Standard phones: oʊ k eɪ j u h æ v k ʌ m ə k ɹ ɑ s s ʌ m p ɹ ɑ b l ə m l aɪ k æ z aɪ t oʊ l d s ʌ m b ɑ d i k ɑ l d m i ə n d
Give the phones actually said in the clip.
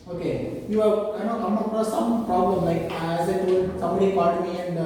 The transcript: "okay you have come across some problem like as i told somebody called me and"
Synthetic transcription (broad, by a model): oʊ k eɪ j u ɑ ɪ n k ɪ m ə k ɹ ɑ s s ʌ m p ɹ ɑ b l ə m l aɪ k æ z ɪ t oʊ d s ʌ m b ɑ d i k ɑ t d m i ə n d